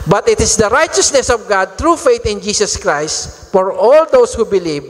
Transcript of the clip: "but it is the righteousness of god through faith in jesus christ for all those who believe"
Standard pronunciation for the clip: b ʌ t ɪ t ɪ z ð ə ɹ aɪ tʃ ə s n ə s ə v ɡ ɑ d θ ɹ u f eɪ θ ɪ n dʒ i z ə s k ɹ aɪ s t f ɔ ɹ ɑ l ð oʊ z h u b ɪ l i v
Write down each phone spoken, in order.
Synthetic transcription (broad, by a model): b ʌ t ɪ t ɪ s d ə ɹ aɪ tʃ ə s n ə s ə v ɡ ɑ d t ɹ u f eɪ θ ɪ n dʒ i s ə s k ɹ aɪ s t f ɔ ɹ ɑ l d oʊ s h u b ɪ l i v